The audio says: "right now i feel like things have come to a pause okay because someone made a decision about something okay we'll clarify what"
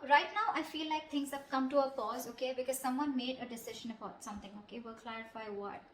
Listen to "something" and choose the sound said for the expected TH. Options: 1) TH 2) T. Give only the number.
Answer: 2